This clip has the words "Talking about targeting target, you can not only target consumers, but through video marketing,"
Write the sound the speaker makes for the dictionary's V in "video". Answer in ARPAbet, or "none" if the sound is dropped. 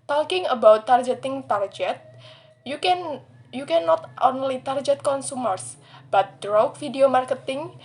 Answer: F